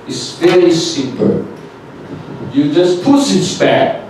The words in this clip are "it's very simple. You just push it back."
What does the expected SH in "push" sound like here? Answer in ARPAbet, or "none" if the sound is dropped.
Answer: S